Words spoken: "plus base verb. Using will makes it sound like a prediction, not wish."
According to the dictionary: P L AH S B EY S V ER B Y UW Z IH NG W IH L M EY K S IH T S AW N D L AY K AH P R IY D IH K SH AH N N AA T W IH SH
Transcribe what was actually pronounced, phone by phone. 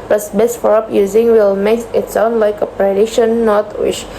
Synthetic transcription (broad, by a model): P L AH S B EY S F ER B Y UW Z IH NG W IH L M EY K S IH T S AW N D L AY K AH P R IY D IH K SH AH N N AA T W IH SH